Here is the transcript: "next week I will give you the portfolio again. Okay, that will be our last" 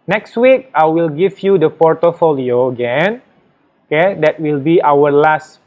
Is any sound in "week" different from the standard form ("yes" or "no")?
no